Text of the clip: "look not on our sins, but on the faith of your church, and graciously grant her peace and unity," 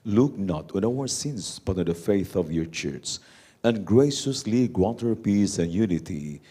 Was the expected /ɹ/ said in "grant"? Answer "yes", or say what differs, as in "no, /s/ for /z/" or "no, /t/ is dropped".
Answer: no, /w/ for /ɹ/